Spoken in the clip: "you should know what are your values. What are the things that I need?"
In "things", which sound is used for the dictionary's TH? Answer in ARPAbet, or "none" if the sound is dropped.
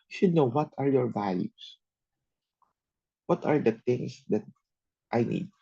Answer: T